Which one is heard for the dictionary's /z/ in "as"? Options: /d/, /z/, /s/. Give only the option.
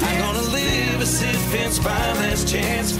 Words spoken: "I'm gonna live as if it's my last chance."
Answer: /s/